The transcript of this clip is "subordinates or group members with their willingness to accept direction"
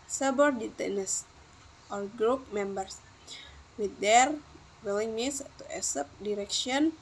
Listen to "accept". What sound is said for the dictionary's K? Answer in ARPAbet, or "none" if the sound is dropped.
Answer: none